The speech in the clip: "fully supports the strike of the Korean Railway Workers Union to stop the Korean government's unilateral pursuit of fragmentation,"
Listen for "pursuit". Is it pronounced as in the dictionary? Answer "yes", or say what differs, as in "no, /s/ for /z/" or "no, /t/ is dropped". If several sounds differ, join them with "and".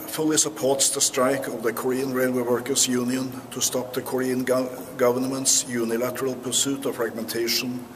yes